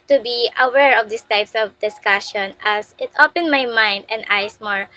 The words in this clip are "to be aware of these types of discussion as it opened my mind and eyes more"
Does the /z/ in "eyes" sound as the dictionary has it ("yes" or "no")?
no